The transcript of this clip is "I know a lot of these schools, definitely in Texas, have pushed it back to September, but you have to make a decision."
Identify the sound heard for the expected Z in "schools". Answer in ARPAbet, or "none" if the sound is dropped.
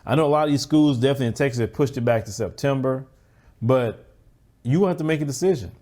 Z